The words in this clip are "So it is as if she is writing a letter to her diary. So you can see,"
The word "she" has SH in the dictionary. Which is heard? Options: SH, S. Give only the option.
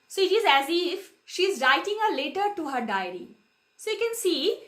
SH